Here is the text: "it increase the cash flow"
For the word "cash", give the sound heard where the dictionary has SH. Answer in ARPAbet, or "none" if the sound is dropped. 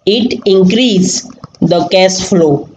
S